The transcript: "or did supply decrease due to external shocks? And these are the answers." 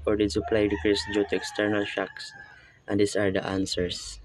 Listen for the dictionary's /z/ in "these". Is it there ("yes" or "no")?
no